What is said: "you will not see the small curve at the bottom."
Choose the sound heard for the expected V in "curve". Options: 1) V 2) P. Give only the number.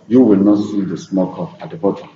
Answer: 2